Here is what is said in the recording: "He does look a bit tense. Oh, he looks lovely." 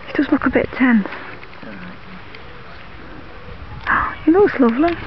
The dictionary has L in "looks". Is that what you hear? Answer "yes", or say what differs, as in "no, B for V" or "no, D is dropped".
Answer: no, N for L